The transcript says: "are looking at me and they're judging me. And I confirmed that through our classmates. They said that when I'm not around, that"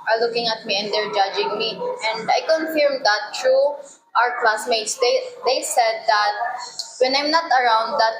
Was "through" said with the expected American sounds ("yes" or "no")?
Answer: no